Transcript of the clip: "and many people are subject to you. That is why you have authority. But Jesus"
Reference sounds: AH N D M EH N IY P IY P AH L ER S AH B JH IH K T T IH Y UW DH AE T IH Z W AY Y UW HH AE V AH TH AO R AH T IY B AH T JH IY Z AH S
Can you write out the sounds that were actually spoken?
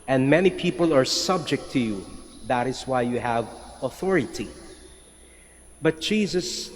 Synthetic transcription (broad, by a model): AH N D M EH N IY P IY P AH L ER S AH B JH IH K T T IH Y UW DH AE T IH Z W AY Y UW HH AE V AH TH AO R AH T IY B AH T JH IY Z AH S